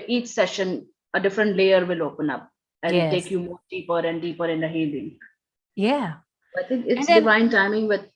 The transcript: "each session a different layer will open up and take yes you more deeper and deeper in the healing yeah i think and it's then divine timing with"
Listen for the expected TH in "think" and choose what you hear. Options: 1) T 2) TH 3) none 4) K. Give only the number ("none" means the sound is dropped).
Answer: 1